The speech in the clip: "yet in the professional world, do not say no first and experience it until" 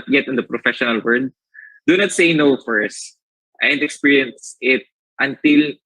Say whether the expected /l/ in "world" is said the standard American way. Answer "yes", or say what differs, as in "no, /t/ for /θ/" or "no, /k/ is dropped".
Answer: no, /l/ is dropped